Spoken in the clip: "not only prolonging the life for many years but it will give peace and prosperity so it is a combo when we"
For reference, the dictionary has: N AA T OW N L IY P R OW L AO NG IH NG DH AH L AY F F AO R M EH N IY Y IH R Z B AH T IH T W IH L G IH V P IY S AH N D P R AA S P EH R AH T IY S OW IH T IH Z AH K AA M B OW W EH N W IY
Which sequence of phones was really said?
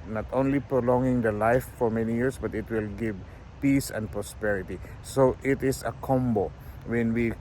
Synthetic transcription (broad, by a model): N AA T OW N L IY P R OW L AO NG IH NG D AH L AY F F AO R M EH N IY Y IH R S B AH T IH T W IH L G IH V P IY S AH N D P R AA S P EH R AH T IY S OW IH T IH S AH K AA M B OW W EH N W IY